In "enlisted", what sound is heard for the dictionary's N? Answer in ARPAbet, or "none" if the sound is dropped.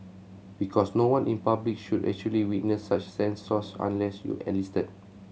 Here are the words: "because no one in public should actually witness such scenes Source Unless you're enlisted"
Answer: none